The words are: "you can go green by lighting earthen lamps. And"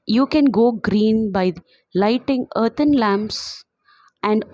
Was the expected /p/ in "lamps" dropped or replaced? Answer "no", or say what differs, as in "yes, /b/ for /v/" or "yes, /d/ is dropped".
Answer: no